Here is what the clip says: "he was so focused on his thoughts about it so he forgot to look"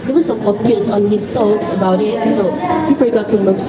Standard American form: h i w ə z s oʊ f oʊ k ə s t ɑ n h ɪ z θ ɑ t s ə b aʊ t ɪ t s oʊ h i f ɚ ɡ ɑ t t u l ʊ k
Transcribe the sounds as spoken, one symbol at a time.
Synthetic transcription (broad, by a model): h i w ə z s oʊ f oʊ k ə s ɑ n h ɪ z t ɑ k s ə b aʊ t ɪ t s oʊ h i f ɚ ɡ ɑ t t u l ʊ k